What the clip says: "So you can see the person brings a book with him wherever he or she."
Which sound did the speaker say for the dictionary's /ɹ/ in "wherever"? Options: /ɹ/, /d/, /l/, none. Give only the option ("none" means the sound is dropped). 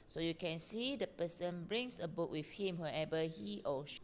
none